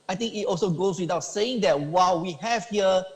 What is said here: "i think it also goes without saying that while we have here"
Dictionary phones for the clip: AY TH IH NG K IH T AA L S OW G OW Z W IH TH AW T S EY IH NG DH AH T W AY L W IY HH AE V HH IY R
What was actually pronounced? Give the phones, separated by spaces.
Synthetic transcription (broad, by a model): AY T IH NG K IH T AA L S OW G OW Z W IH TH AW T S EY IH NG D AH T W AY L W IY HH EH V HH IY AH